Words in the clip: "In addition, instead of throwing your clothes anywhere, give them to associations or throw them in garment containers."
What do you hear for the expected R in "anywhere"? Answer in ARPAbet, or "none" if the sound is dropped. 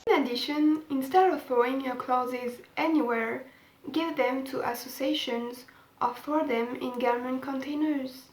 R